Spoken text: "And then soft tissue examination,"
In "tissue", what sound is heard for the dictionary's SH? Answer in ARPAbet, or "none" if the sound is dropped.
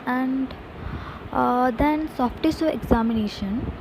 S